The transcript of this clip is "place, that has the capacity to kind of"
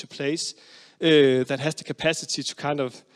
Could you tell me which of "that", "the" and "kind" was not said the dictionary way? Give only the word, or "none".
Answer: none